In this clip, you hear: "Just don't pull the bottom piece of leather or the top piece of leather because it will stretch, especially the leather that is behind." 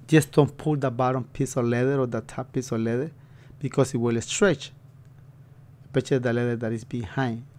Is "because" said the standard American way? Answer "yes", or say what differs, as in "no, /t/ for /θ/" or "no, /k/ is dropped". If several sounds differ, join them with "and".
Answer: no, /s/ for /z/